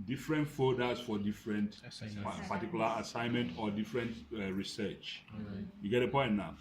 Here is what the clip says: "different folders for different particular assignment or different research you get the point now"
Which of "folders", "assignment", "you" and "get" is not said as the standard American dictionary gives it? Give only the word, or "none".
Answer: folders